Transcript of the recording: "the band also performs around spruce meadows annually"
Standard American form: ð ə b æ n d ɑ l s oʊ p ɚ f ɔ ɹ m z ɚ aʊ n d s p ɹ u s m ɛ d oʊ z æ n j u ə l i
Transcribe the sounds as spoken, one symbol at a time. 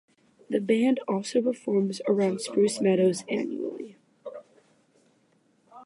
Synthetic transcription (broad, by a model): ð ə b æ n d ɑ l s oʊ p ɚ f ɔ ɹ m z ɚ aʊ n d s p ɹ u s m ɛ d oʊ z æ n j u l i